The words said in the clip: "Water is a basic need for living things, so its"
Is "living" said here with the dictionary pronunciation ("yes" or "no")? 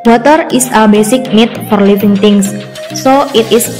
no